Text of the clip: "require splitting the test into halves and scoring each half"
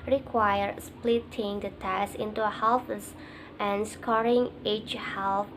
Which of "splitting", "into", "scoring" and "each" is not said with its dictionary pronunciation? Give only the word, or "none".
none